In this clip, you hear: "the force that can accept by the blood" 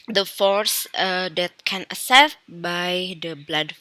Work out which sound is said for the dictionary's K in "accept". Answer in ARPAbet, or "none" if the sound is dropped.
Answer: none